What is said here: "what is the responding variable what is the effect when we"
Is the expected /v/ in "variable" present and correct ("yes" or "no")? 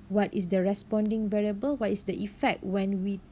yes